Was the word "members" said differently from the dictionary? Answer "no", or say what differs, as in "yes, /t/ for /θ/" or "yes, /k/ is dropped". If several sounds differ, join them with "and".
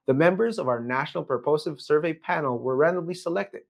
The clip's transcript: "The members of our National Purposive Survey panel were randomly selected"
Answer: no